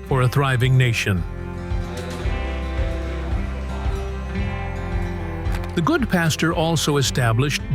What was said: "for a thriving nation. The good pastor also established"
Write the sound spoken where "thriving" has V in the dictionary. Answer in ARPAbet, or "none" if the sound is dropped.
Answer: V